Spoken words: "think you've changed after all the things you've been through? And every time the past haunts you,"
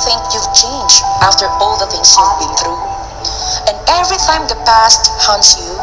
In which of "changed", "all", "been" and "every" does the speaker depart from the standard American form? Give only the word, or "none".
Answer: changed